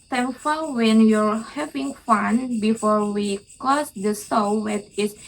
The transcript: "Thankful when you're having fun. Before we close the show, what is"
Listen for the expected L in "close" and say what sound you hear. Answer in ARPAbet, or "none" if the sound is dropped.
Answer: none